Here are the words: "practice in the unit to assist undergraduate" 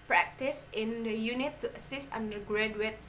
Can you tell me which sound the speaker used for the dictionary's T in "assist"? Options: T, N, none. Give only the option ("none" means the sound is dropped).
T